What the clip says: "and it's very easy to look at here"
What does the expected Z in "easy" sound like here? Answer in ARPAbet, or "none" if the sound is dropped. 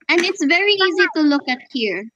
Z